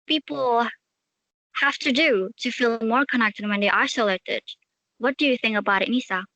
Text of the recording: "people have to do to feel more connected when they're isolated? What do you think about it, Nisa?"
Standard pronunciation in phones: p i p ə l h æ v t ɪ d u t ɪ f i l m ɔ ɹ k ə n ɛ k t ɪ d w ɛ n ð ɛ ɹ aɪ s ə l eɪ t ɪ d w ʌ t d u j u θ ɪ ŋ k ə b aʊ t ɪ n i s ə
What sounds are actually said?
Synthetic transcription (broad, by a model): p i p l h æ f t ɪ d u t ɪ f i l m ɔ ɹ k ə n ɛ k t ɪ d w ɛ n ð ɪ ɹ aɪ s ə l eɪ t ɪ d w ʌ t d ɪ j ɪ θ ɪ ŋ k ə b aʊ t ɪ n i s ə